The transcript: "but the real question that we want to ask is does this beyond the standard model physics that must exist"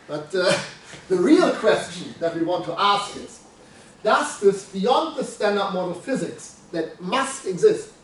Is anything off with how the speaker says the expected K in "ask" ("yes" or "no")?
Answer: no